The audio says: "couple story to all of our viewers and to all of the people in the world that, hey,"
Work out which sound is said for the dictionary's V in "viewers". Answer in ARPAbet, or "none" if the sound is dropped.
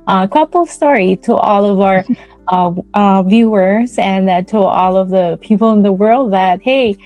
V